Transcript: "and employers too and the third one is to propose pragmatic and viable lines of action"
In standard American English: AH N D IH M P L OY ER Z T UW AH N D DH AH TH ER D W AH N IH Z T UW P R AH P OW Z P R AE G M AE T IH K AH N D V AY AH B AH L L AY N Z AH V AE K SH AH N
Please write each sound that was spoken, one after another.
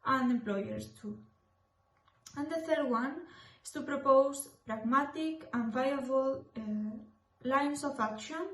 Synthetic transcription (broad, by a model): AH N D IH M P L OY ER S T UW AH N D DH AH TH ER D W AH N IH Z T UW P R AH P OW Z P R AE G M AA T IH K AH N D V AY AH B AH L L AY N S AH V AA K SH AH N